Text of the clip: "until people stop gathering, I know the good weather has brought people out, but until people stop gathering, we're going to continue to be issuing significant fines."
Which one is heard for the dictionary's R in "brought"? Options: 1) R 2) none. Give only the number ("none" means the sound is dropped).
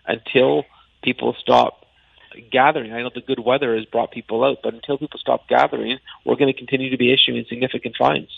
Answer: 1